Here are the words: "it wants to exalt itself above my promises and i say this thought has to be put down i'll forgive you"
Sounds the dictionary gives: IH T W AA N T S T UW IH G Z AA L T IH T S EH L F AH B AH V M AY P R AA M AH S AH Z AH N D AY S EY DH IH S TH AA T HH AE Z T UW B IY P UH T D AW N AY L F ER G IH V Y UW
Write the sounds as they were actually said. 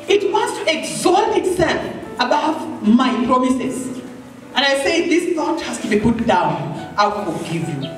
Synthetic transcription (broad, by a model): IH T W AA N T S T UW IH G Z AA T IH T S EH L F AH B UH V M AY P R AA M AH S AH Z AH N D AY S EY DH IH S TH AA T HH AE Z T UW B IY P UH T D AW N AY W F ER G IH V Y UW